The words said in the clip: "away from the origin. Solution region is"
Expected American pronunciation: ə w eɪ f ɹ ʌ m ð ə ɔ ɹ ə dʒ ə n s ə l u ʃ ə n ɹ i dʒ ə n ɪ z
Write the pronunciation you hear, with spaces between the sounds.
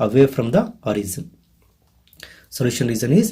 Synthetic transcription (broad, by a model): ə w eɪ f ɹ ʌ m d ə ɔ ɹ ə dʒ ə n s ə l u ʃ ə n ɹ i z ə n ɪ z